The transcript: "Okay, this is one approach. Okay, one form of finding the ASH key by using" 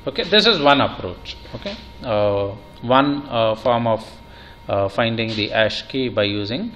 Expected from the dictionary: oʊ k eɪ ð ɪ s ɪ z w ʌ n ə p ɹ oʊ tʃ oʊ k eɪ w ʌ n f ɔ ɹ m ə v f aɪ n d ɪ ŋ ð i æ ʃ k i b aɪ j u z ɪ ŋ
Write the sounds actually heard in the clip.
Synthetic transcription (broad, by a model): oʊ k eɪ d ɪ s ɪ z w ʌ n ə p ɹ oʊ tʃ oʊ k eɪ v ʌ n f ɔ ɹ m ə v f aɪ n d ɪ ŋ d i æ ʃ k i b aɪ j u z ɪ ŋ